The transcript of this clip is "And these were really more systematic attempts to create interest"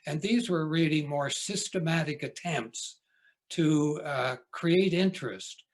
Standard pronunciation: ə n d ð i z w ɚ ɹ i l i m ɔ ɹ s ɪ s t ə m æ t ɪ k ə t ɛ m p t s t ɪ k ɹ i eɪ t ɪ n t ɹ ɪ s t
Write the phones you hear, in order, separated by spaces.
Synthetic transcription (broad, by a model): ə n ð i z w ɚ ɹ i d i m ɔ ɹ s ɪ s t ə m æ t ɪ k ə t ɛ m p t s t ɪ k ɹ i eɪ t ɪ n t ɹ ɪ s t